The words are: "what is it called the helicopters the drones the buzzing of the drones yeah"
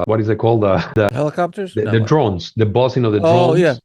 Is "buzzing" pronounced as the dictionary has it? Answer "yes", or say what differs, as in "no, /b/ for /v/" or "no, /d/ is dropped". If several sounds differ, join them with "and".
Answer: no, /s/ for /z/